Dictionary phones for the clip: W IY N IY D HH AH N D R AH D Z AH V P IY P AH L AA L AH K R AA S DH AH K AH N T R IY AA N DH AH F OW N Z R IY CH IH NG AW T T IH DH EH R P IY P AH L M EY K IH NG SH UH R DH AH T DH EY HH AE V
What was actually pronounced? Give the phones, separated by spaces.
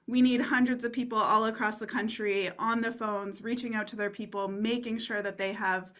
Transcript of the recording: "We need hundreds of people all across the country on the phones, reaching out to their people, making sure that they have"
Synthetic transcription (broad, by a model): W IY N IY D HH AH N D R AH D Z AH V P IY P L AA L AH K R AA S DH AH K AH N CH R IY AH N DH AH F OW N Z R IY CH IH NG AW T T IH DH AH R P IY P L M EY K IH NG SH UH R DH AH T DH EY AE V